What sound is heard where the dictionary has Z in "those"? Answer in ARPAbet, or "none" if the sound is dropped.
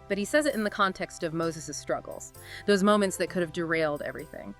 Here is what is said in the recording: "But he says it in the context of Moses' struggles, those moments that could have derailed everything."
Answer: Z